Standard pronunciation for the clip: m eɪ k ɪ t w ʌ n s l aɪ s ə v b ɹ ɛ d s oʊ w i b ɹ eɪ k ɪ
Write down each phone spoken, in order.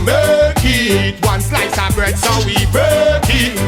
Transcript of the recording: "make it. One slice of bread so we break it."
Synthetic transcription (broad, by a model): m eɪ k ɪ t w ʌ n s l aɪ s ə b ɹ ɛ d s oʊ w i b eɪ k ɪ